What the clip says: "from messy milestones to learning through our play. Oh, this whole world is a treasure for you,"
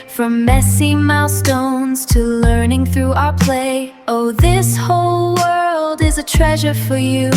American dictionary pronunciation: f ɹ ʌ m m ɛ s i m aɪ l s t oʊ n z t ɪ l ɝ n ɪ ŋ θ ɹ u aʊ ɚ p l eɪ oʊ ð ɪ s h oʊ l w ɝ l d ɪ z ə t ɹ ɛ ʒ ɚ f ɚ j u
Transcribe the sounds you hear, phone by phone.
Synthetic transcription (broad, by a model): f ɹ ʌ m m ɛ s i m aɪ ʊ s t oʊ n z t ɪ l ɝ n ɪ ŋ θ ɹ u aʊ ɚ p l eɪ oʊ ð ɪ s h oʊ l w ɝ l d ɪ z ə t ɹ ɛ ʒ ɚ f ɚ j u